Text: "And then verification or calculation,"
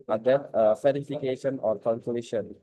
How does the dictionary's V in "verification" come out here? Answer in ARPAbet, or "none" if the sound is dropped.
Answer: F